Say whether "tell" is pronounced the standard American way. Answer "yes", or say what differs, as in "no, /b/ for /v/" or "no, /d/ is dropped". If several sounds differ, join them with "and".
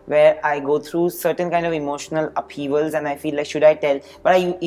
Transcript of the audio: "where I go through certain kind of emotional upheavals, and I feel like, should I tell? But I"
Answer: yes